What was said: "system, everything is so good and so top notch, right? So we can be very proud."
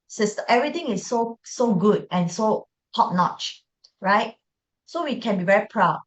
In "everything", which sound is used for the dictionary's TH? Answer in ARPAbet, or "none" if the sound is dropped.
T